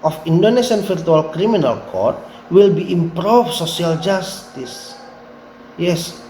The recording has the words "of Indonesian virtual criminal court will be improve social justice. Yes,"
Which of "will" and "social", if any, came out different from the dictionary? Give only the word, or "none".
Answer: social